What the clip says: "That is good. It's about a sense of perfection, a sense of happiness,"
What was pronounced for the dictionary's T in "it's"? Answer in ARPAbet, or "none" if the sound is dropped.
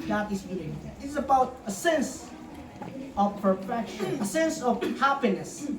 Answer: S